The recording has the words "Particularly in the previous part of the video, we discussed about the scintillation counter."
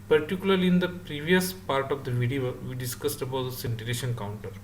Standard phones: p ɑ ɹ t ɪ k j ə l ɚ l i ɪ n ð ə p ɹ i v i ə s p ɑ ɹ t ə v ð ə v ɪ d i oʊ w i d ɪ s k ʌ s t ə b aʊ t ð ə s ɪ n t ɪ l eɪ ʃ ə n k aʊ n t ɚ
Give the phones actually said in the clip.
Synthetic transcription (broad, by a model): p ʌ ɹ t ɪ k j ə l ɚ l i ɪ n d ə p ɹ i v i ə s p ɑ ɹ t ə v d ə v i d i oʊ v i d ɪ s k ʌ s t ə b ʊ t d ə s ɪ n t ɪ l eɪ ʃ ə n k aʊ n t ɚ